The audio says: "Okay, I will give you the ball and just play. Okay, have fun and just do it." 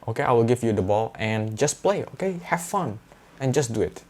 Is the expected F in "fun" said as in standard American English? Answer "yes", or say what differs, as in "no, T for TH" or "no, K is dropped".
yes